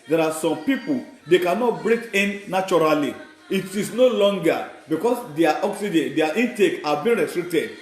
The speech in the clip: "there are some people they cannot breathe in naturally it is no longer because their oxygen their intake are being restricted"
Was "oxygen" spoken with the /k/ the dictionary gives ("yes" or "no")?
yes